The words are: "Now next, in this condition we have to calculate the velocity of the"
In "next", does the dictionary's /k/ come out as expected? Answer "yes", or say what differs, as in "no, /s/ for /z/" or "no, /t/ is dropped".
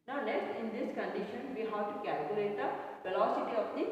no, /k/ is dropped